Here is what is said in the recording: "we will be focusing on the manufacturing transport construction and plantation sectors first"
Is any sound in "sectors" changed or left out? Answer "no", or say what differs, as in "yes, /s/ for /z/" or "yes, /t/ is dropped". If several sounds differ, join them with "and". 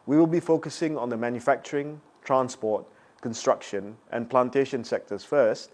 yes, /s/ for /z/